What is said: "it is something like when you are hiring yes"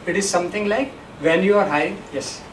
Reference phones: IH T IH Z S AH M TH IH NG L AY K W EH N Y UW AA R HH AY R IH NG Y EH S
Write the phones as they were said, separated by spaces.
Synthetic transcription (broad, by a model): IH T IH Z S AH M T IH NG L AY K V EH N Y UW AA R HH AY IH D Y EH S